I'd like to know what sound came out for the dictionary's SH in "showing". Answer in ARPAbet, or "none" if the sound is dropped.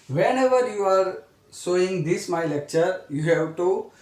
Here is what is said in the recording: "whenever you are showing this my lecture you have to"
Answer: S